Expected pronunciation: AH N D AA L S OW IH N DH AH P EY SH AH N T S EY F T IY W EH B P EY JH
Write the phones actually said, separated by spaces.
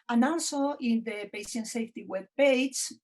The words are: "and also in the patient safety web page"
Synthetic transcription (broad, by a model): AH N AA N S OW IH N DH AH P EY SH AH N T S EY F T IY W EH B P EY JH